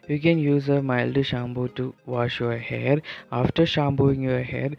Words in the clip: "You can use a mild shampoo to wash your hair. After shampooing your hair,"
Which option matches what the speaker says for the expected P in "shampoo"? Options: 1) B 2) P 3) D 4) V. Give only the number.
1